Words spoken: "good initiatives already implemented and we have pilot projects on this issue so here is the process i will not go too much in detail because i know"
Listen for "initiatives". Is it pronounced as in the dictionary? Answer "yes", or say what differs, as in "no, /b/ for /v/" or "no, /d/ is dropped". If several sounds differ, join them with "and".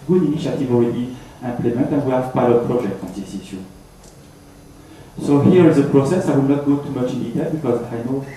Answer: no, /z/ is dropped